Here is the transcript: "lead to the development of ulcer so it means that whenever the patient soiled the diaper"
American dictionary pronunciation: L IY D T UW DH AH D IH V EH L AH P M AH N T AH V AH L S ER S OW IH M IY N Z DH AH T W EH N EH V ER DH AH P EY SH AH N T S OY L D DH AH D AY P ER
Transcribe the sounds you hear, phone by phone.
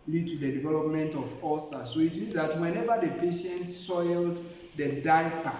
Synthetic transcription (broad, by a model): L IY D T UW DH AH D IH V EH L AH P M AH N T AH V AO S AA S OW IH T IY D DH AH T W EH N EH V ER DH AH P EY SH AH N T S OY L D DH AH D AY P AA